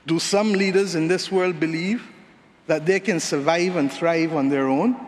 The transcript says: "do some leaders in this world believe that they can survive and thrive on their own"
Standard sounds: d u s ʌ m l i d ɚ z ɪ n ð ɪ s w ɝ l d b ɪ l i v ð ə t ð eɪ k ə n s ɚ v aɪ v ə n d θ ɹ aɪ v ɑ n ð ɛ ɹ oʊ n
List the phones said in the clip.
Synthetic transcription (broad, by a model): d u s ʌ m l i d ɚ z ɪ n ð ɪ s w ɝ l d b ɪ l i v ð ə t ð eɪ k ə n s ɚ v aɪ v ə n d θ ɹ aɪ v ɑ n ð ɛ ɹ oʊ n